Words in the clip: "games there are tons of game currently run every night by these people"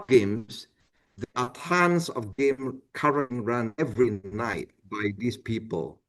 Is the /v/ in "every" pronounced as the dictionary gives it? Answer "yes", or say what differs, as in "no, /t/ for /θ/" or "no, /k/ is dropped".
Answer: yes